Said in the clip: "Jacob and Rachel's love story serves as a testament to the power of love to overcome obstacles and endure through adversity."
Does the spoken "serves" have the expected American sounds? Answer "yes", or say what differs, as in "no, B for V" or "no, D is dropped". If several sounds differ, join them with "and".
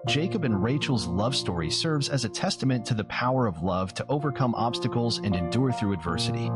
yes